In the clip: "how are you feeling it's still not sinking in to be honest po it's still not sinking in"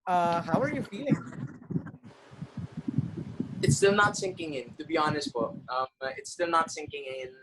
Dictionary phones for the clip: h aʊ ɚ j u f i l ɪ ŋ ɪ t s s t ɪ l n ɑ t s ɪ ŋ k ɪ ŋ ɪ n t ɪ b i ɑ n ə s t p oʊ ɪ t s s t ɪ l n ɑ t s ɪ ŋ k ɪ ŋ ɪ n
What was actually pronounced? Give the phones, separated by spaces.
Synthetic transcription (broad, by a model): h aʊ ɚ j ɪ f i l ɪ ŋ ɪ t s s t ɪ l n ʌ t s ɪ ŋ k ɪ ŋ ɪ n t ɪ b i ɑ n ə s t b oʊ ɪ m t s t ɪ l n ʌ t s ɪ ŋ k ɪ ŋ ɪ n